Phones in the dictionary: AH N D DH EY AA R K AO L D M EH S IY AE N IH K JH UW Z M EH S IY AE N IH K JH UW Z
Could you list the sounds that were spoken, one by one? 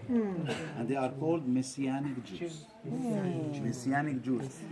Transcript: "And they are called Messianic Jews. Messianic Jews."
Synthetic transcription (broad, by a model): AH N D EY AA R K AO L D M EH S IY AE N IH K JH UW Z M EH S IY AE N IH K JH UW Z